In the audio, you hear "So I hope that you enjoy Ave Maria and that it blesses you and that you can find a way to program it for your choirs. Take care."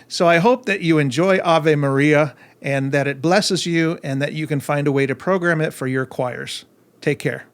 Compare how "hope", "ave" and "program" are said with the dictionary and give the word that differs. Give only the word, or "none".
none